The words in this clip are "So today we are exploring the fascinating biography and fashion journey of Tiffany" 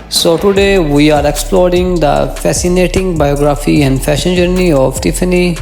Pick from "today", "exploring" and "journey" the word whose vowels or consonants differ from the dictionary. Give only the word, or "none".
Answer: none